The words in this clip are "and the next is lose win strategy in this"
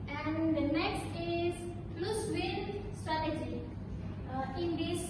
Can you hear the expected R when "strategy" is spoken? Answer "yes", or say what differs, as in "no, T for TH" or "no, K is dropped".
yes